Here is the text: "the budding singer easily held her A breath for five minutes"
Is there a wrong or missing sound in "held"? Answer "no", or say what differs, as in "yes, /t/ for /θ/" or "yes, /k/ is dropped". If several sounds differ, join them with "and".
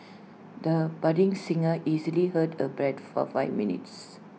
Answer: yes, /l/ is dropped